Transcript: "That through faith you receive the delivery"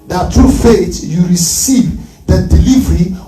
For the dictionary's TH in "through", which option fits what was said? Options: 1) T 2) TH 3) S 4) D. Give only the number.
1